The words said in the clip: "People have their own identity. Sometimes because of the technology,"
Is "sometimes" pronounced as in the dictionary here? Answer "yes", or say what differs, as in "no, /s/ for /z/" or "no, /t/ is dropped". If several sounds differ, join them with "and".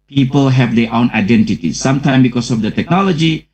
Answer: no, /z/ is dropped